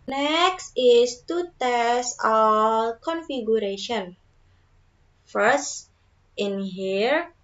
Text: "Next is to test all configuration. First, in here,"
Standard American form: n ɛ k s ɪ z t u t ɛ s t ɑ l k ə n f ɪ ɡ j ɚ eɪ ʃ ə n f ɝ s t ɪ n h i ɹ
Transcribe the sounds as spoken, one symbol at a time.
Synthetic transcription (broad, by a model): n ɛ k s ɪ s t u t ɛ s ɑ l k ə n f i ɡ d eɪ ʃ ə n f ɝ s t ɪ n h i ɹ